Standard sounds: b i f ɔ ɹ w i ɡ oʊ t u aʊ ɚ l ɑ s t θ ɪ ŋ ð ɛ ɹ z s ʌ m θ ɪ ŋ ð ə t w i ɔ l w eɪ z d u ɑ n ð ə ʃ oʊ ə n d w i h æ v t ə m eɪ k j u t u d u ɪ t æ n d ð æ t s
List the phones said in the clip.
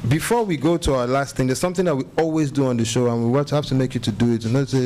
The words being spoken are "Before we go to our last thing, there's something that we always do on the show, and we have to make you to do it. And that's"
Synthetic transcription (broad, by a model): b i f ɔ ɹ w i ɡ oʊ t u aʊ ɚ l ɑ s t θ ɪ ŋ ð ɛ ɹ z s ʌ m θ ɪ ŋ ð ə t w i ɔ l w eɪ z d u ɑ n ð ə ʃ oʊ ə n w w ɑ h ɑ f t ə m eɪ k j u t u d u ɪ t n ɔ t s